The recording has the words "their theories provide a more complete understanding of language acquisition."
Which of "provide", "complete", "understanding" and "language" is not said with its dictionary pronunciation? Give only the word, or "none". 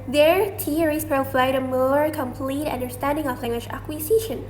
language